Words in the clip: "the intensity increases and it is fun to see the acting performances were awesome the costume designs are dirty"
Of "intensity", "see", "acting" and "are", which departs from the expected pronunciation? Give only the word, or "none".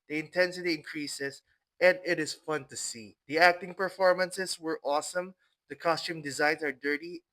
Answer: none